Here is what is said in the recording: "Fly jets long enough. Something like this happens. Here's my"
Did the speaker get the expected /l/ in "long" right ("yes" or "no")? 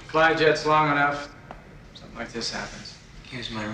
yes